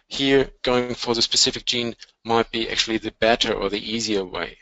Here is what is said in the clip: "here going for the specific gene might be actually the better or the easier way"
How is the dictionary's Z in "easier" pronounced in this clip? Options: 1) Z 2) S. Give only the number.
1